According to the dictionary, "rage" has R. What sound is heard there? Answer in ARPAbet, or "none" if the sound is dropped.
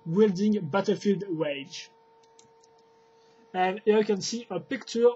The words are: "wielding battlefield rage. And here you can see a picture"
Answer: W